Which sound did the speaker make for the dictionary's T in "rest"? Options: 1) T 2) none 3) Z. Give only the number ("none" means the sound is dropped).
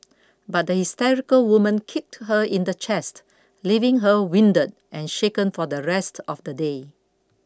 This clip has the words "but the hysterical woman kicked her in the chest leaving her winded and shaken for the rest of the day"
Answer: 1